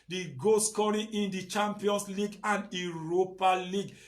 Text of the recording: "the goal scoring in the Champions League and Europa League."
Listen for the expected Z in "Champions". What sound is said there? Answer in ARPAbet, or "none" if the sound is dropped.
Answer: S